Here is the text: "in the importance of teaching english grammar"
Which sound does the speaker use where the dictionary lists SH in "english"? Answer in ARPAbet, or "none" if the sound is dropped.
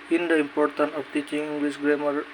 S